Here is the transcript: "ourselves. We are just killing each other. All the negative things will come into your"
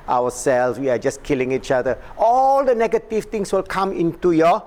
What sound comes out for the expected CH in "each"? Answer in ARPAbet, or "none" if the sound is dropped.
CH